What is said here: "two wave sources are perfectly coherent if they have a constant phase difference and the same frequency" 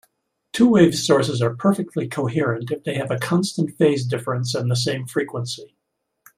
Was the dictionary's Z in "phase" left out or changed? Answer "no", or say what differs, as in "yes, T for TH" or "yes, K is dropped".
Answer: no